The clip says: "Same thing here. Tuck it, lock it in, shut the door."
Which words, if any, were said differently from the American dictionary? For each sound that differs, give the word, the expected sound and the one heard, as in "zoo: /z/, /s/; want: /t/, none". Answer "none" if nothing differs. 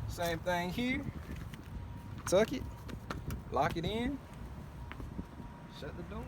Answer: none